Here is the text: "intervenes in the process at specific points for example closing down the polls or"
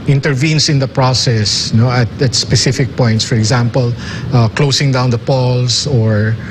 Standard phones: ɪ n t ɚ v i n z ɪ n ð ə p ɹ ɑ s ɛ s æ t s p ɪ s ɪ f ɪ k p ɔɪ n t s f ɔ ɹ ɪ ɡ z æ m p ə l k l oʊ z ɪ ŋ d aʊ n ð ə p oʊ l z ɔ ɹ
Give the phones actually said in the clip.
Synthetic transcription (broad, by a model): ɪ n t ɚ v i n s ɪ n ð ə p ɹ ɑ s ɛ s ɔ t s p ɪ s ɪ f ɪ k p ɔɪ n t s f ɔ ɹ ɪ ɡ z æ m p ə l k l oʊ s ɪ ŋ d aʊ n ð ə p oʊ l s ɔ ɹ